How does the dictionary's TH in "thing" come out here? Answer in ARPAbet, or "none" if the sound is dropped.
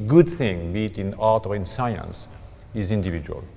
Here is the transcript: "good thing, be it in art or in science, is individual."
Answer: TH